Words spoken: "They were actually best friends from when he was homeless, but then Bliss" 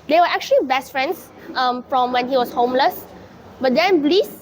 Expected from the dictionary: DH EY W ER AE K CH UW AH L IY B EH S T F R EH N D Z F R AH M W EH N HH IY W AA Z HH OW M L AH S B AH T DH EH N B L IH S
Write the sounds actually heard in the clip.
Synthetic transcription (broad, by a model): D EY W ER AE K CH UW AH L IY B EH S T F R EH N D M F R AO M W EH N HH IY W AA S HH OW M L AH S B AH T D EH N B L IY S